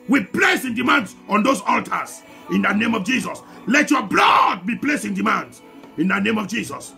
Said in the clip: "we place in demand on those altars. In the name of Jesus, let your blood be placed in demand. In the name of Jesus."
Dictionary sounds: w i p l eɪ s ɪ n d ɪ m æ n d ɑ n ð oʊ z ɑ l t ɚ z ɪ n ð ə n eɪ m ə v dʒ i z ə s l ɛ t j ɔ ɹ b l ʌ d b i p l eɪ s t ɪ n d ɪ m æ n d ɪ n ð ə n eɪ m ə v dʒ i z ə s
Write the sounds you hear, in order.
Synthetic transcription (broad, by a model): w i p l eɪ s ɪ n d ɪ m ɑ n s ɑ n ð oʊ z ɑ l t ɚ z ɪ n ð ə n eɪ m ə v dʒ i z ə s l ɛ t j ɔ b l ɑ d b i p l eɪ s ɪ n d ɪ m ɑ n d ɪ n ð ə n eɪ m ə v dʒ i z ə s